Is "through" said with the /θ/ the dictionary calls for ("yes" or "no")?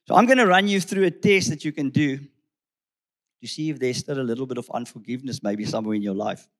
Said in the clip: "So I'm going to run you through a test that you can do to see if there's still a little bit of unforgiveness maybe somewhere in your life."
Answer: yes